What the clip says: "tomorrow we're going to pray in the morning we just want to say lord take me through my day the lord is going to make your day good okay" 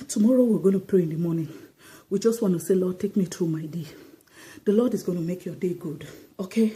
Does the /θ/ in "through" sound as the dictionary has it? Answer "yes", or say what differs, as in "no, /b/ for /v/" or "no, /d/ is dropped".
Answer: no, /t/ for /θ/